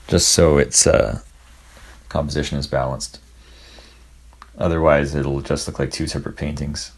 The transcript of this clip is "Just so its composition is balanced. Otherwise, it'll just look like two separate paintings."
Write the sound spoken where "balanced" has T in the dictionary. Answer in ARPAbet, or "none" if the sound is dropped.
T